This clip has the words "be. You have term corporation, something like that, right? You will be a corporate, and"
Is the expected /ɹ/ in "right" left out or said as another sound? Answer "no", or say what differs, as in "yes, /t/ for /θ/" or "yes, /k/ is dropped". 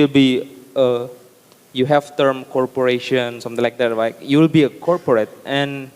yes, /l/ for /ɹ/